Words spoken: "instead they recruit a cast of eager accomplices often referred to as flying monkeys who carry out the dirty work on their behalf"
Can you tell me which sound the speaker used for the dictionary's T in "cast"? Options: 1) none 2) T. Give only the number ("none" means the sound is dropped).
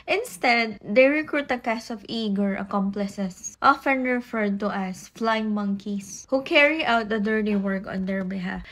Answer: 1